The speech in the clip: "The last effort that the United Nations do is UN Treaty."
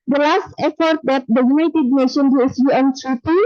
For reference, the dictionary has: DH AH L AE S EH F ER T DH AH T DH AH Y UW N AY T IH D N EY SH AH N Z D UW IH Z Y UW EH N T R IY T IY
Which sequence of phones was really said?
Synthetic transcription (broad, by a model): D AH L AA S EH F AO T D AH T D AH Y UW N AY T IH D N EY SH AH N D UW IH S Y UW EH N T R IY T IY